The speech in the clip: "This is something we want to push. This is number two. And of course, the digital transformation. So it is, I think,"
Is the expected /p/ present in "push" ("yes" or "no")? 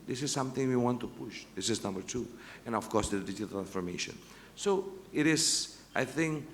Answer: yes